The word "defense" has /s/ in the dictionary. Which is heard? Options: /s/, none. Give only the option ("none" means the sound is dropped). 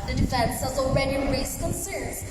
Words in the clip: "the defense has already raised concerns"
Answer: /s/